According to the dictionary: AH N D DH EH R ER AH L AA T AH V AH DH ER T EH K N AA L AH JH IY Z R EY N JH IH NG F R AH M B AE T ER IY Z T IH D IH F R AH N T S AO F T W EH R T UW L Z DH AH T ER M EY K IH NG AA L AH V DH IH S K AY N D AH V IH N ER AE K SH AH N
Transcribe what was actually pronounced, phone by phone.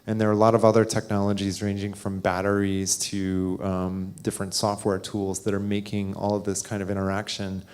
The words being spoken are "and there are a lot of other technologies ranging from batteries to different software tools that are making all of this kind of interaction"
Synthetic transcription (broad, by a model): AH N DH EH R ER AH L AA T AH V AH DH ER T EH K N AA L AH JH IY Z R EY N JH IH NG F R AH M B AE T ER IY Z T IH D IH F R AH N T S AO F T W EH R T UW L Z DH AH T ER M EY K IH NG AA L AH V DH IH S K AY N D AH V IH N ER AE K SH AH N